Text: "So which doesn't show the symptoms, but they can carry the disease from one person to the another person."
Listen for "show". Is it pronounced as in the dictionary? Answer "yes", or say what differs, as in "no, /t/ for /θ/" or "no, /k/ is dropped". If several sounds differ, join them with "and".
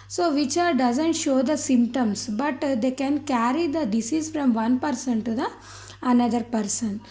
yes